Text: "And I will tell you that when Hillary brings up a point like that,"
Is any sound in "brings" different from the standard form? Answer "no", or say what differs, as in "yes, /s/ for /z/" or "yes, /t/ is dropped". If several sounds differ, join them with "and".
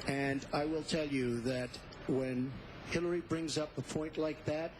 no